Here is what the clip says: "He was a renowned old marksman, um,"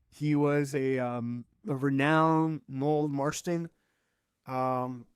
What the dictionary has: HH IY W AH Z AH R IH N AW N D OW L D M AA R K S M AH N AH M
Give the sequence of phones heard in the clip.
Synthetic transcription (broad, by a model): HH IY W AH Z AH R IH N AW N OW L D M AA R S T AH N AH M